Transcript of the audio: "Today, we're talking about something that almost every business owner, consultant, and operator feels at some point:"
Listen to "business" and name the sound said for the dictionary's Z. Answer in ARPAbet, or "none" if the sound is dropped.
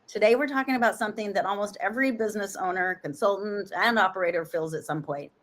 Z